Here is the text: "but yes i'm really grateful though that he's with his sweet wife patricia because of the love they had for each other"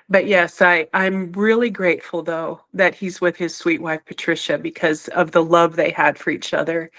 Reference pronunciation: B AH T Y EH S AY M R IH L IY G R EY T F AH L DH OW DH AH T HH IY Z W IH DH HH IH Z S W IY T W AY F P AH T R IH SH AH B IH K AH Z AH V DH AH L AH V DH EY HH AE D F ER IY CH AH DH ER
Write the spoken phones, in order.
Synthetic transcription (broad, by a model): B AH T Y EH S AY M R IH L IY G R EY T F L DH OW DH AH T HH IY Z W IH DH IH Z S W IY T W AY F P AH T R IH SH AH B IH K AH Z AH V DH AH L AH V DH EY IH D F ER IY CH AH DH ER